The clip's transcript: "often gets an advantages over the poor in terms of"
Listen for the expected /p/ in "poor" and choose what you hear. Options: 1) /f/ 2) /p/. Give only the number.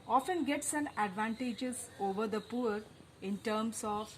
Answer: 2